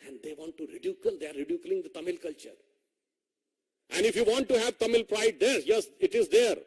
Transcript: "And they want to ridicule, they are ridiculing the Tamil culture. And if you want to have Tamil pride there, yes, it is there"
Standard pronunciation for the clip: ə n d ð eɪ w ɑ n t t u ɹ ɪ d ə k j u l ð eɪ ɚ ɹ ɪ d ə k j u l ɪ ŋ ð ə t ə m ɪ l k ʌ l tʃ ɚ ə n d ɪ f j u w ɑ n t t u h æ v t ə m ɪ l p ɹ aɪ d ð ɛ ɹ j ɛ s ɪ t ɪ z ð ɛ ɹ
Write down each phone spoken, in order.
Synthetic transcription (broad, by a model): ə n d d eɪ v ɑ n t t u ɹ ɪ d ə k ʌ l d eɪ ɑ ɹ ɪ d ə k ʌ l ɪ ŋ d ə t ə m ɪ l k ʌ l tʃ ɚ ə n d ɪ f j u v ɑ n t t u h æ v t ə m ɪ l p ɹ aɪ d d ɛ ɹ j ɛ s ɪ t ɪ z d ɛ ɹ